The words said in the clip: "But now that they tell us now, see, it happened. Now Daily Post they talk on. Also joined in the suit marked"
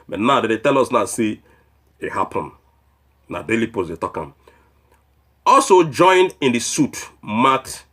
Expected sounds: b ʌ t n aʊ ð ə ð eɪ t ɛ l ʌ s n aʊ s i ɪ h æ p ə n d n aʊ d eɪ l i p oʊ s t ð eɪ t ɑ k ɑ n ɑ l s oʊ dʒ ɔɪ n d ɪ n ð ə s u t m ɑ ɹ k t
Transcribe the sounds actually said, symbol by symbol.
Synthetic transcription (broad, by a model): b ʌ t n aʊ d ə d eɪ t ɛ l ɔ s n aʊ s i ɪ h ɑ p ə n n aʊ d eɪ l i p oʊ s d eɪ t ɑ k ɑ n ɑ l s oʊ dʒ ɔɪ n ɪ n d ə s u t m ɑ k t